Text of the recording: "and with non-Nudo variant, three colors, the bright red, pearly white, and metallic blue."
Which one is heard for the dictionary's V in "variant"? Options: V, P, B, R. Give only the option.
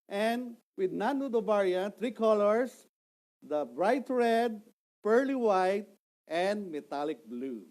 B